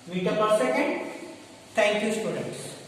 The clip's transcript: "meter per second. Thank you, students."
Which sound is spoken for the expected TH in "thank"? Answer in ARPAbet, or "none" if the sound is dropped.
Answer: T